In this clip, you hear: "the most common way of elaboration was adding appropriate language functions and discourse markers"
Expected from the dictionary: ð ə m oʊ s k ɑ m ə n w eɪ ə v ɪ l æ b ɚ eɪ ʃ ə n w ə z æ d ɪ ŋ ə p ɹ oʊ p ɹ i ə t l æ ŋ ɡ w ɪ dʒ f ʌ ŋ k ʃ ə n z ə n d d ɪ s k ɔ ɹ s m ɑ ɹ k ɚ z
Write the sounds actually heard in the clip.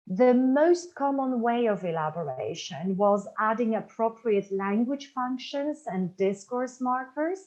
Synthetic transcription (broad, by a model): ð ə m oʊ s k ɑ m ə n w eɪ ə v ɪ l æ b ɚ eɪ ʃ ə n w ə z æ d ɪ ŋ ə p ɹ oʊ p ɹ i ə t l æ ŋ ɡ w ɪ dʒ f ʌ ŋ k ʃ ə n z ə n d d ɪ s k ɔ ɹ s m ɑ ɹ k ɚ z